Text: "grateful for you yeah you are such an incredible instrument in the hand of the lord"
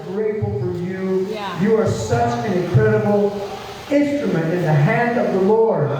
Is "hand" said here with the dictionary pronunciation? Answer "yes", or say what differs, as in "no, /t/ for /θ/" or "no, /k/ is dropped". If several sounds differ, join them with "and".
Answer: yes